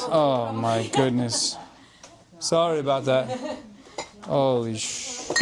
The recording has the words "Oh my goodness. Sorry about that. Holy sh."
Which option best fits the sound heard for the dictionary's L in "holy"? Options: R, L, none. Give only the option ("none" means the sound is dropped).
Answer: none